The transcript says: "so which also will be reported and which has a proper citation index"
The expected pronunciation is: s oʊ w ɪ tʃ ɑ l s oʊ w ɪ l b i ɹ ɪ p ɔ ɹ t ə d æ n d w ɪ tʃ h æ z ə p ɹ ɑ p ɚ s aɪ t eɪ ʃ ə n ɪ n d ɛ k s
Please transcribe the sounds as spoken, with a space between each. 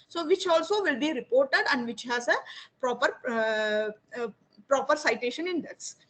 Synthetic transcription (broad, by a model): s oʊ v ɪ tʃ ɑ l s oʊ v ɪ l b i ɹ ɪ p ɔ ɹ t ə d æ n d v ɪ tʃ h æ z ə p ɹ ɑ p ɚ s aɪ t eɪ ʃ ə n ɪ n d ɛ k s